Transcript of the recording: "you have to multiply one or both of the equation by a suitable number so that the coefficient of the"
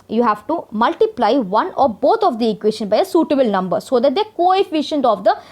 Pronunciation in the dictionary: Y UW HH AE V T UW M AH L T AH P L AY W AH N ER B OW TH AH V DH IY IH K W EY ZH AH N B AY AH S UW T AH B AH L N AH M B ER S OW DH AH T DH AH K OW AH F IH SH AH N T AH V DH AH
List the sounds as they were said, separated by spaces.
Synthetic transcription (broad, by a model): Y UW HH AE V T UW M AH L T AH P L AY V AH N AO B OW T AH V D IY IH K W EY SH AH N B AY AH S UW T AH B AH L N AH M B ER S OW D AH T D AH K OW AH F IH SH AH N T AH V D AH